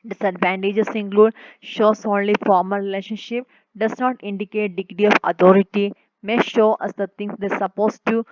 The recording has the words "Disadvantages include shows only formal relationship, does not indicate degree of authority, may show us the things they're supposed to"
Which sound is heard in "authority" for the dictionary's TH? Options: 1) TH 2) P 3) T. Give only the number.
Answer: 3